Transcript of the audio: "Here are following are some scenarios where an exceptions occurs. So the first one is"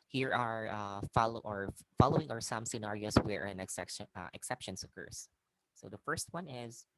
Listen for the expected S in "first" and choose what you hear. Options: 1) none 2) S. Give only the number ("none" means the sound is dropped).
2